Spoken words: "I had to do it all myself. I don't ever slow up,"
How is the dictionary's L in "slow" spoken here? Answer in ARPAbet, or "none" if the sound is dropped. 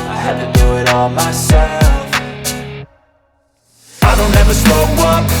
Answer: none